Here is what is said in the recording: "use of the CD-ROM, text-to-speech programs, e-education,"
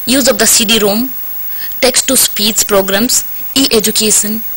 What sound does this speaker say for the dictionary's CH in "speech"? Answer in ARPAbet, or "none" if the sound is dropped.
S